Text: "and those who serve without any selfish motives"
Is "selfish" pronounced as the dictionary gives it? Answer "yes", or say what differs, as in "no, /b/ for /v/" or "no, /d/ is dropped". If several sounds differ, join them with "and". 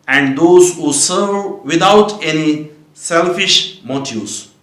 yes